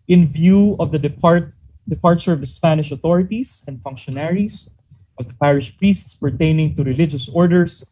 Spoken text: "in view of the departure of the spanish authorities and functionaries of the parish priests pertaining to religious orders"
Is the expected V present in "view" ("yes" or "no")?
yes